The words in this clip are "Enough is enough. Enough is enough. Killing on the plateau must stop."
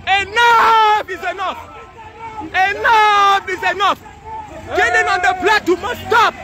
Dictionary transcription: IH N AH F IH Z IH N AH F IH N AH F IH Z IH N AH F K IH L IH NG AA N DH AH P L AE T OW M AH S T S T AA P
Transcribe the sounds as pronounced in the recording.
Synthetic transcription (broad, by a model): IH N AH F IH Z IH N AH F IH N AH F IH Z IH N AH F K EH N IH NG AA N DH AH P L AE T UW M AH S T S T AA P